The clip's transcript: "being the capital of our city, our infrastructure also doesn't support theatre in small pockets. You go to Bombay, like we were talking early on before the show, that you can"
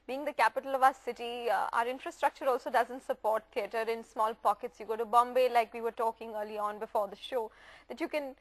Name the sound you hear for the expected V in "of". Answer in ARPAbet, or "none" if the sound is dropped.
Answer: V